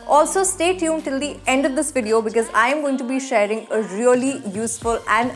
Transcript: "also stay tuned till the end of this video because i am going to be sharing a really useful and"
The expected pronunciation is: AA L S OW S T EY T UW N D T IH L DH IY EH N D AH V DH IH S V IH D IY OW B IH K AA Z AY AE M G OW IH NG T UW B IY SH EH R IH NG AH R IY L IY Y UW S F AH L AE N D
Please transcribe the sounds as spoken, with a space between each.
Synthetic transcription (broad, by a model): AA L S OW S T EY T UW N T IH L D IY EH N D AH V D IH S V IH D IY OW B IH K AA Z AY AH M G OW IH NG T UW B IY SH EH R IH NG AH R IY L IY Y UW S F AH L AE N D